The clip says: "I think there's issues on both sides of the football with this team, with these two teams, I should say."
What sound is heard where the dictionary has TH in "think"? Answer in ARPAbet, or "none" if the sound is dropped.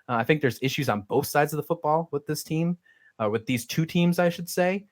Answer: TH